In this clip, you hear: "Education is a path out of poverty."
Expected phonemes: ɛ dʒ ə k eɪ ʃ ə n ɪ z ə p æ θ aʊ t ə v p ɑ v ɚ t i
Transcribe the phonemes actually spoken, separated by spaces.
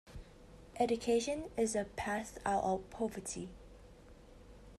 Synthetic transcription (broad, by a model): ɛ dʒ ə k eɪ ʃ ə n ɪ z ə p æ s aʊ t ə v p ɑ v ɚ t i